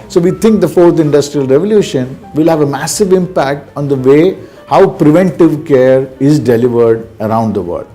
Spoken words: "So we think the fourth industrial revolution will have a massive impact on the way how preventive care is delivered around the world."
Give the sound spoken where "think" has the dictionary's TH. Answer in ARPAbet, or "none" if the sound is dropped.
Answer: T